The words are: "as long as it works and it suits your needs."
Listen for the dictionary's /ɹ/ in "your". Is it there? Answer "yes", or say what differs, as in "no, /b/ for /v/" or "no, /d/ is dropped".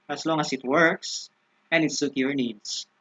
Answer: yes